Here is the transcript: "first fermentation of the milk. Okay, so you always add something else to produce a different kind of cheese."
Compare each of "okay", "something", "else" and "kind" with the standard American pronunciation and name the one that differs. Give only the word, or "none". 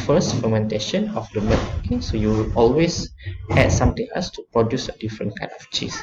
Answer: something